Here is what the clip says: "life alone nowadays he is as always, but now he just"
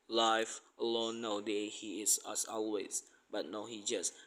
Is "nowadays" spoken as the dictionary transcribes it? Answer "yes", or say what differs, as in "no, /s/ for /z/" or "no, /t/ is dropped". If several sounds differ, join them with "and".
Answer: no, /z/ is dropped